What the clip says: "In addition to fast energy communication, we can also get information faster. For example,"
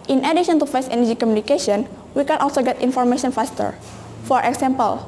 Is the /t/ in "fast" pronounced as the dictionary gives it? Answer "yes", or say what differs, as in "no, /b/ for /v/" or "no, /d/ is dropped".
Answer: no, /t/ is dropped